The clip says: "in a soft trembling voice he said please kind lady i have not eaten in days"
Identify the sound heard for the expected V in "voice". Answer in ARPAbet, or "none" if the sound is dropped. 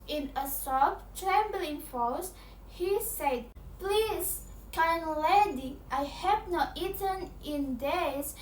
F